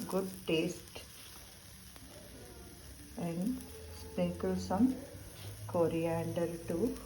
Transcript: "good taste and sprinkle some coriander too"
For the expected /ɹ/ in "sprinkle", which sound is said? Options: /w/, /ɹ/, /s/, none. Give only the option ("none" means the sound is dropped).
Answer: none